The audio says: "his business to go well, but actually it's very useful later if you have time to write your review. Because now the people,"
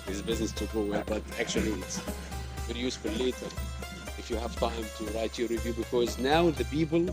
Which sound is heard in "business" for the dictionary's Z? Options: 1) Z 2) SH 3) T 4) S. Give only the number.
1